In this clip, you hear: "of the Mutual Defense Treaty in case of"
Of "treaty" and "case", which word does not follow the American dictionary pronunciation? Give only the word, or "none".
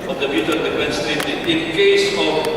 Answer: treaty